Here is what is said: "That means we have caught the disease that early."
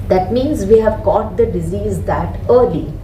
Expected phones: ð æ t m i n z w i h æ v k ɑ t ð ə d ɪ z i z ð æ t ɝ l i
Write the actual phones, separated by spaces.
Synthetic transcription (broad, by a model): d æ t m i n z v i h æ v k ɑ t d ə d ɪ z i z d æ t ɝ l i